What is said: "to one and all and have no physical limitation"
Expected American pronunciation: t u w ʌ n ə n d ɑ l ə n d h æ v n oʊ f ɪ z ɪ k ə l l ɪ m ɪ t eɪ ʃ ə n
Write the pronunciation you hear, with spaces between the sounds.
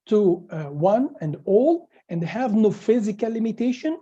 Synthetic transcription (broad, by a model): t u w ʌ n ə n d ɑ l ə n d h æ v n oʊ f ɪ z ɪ k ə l l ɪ m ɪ t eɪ ʃ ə n